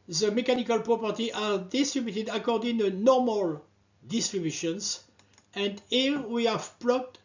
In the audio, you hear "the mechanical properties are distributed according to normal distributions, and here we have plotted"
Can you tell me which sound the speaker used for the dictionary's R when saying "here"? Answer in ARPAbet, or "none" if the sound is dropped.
L